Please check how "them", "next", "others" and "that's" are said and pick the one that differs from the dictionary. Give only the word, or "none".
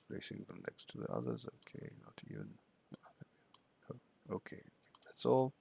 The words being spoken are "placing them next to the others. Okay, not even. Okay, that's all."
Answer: none